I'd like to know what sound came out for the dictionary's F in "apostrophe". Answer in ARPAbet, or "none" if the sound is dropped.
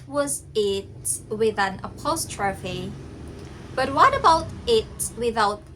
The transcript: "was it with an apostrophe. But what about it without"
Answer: F